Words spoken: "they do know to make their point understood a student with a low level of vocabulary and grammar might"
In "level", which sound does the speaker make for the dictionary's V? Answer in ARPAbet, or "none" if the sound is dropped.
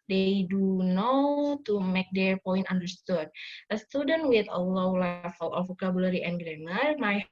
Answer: F